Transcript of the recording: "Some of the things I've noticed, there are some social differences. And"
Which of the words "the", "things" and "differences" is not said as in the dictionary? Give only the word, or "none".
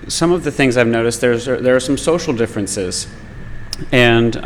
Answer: none